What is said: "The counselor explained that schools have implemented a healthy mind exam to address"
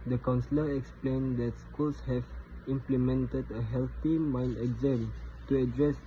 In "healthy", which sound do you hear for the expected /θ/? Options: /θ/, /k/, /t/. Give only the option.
/t/